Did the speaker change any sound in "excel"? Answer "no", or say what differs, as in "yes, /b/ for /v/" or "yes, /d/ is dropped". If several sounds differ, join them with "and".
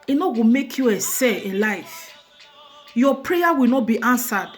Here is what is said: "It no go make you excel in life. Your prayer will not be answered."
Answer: yes, /k/ is dropped